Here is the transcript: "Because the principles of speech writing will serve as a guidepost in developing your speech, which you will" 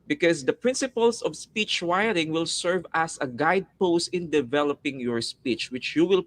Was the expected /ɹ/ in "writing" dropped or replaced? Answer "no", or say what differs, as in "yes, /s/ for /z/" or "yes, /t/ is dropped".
yes, /w/ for /ɹ/